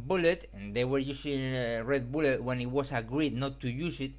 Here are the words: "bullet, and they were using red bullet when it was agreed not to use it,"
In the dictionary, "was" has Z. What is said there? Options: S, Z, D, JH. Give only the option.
S